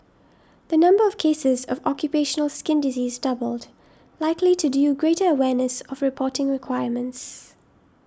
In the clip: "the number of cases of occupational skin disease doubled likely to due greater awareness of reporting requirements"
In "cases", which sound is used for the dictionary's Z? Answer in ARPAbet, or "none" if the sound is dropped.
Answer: Z